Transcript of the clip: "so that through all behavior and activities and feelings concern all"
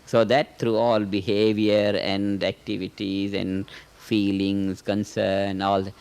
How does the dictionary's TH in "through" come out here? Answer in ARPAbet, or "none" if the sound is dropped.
T